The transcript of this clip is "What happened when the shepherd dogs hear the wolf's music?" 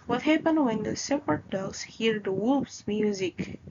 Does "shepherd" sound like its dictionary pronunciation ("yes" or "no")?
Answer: no